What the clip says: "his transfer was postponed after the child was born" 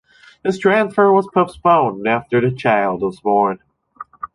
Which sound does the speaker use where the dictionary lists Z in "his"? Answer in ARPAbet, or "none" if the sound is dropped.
S